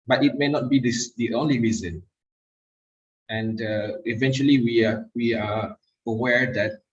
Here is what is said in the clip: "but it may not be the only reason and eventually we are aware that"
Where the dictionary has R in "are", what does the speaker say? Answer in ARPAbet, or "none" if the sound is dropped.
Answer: W